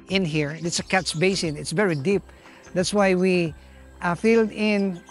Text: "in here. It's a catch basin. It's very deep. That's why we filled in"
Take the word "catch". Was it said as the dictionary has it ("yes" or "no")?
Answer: no